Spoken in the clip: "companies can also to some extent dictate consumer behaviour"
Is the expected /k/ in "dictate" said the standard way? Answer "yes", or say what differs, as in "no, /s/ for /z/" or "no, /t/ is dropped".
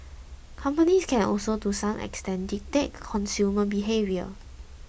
no, /k/ is dropped